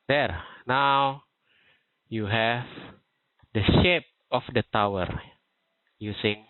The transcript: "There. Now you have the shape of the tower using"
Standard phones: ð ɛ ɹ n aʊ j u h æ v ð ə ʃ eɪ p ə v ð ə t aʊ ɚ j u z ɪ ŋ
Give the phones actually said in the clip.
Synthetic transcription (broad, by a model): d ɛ ɹ n aʊ j u h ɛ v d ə ʃ eɪ p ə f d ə t aʊ ɚ j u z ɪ ŋ